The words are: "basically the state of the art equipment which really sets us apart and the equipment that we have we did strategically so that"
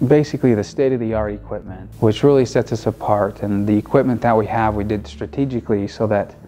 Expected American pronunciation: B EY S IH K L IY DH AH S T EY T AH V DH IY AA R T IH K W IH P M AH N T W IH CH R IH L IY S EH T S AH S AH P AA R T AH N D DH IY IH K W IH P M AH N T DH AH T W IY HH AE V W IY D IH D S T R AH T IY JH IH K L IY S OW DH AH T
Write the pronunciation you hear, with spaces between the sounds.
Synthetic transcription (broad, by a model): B EY S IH K L IY DH AH S T EY T AH V DH IY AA R IH K W IH P M AH N T W IH CH R IH L IY S EH T S AH S AH P AA R T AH N DH IY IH K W IH P M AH N DH AH T W IY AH V W IY D IH D S T R AH T IY JH IH K L IY S OW DH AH T